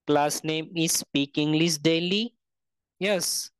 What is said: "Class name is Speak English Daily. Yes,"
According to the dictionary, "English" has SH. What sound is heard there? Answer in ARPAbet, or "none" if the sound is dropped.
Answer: S